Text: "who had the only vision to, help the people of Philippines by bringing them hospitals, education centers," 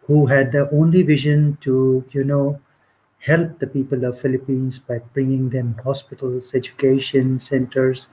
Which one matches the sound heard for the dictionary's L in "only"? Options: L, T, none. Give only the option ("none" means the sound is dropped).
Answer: L